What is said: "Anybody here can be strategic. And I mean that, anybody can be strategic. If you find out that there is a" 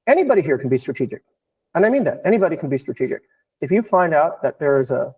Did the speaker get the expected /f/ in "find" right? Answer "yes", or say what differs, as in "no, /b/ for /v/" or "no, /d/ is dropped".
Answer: yes